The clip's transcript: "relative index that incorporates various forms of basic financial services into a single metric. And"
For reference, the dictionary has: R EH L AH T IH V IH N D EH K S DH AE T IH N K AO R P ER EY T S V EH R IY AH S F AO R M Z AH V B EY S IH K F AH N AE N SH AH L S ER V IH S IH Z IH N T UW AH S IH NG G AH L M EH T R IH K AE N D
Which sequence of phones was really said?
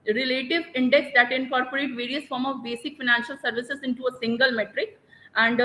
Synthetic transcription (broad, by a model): R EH L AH T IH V IH N D EH K S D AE T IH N K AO R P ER EY T V EH R IY AH S F AO R M AH V B EY S IH K F AH N AE N SH AH L S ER V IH S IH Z IH N T UW AH S IH NG G AH L M EH T R IH K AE N D